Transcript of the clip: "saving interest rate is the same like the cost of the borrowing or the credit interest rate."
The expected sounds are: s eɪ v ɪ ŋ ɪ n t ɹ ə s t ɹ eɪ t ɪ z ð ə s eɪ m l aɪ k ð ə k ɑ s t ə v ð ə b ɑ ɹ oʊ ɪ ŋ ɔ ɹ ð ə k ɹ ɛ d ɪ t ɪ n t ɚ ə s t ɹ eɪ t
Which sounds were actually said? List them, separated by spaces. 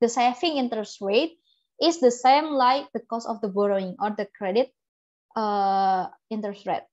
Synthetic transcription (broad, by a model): s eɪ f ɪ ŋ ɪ n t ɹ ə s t ɹ eɪ t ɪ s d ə s eɪ m l aɪ k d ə k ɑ s ə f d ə b ɑ ɹ oʊ ɪ ŋ ɔ ɹ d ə k ɹ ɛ d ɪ t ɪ n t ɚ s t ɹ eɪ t